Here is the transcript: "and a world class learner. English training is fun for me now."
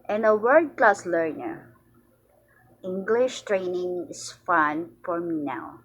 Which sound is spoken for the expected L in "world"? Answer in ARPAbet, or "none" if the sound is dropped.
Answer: none